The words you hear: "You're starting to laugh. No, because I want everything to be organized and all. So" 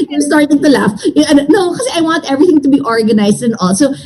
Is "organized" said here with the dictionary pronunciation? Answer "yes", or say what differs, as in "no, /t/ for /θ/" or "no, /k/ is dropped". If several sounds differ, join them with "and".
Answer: no, /s/ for /z/